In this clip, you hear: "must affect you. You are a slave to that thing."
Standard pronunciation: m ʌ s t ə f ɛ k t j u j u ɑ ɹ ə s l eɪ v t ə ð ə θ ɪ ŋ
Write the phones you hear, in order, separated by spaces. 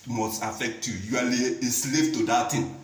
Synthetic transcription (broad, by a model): m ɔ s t ə f ɛ k t j u j u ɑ l ə s l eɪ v t ə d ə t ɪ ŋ